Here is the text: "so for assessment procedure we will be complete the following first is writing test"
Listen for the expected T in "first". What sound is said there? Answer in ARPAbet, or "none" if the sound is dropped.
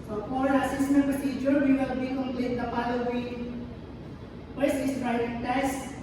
none